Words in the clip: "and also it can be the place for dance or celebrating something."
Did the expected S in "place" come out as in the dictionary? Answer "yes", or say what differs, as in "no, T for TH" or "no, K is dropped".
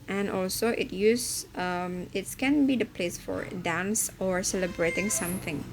yes